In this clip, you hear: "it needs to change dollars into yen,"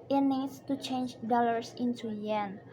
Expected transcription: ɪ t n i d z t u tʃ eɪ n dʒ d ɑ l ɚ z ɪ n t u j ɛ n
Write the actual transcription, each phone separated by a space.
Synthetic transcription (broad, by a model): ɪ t n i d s t u tʃ eɪ n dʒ d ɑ l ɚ s ɪ n t u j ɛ n